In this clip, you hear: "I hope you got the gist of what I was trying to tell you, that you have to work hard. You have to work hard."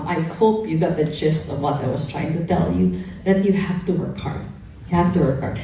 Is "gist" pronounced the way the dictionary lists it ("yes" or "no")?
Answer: no